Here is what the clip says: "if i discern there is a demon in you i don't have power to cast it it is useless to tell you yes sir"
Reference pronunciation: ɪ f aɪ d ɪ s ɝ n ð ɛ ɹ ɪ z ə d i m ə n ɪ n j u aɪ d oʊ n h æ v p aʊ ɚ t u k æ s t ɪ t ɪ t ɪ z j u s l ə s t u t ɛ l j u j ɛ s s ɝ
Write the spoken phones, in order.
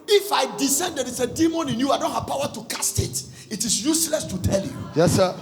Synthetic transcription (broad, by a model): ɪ f aɪ d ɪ s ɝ n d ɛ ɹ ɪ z ə d i m ə n ɪ n j u aɪ d oʊ n h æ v p aʊ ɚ t u k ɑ s t ɪ t ɪ t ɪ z j u s l ə s t u t ɛ l j u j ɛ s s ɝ